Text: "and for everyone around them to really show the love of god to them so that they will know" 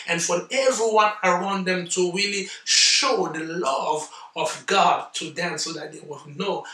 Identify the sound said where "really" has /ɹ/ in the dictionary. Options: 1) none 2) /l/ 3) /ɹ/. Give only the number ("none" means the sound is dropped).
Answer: 3